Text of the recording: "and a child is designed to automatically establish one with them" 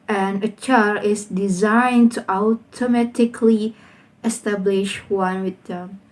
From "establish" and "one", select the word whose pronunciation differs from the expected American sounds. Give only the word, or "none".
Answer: none